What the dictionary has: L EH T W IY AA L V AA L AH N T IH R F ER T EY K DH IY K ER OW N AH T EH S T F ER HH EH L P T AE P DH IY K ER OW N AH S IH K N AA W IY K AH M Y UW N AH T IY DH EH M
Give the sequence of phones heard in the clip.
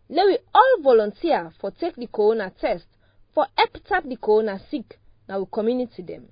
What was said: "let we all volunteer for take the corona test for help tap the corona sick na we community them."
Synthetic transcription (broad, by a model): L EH W IY AA L V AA L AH N T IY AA F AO T EY K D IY K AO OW N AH T EH S T F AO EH P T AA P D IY K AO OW N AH S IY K N AA W IY K AH M Y UW N AH T IY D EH M